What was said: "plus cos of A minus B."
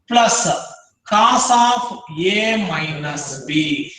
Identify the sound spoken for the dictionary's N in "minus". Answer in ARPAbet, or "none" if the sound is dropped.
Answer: N